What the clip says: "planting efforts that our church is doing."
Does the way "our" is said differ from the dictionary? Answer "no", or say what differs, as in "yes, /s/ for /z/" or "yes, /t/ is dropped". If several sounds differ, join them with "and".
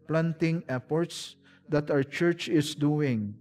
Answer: yes, /w/ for /ɹ/